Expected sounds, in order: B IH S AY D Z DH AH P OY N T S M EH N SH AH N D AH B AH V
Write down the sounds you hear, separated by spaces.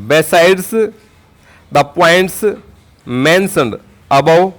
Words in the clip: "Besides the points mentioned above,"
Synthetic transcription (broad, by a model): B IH S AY D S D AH P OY N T S M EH N S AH N D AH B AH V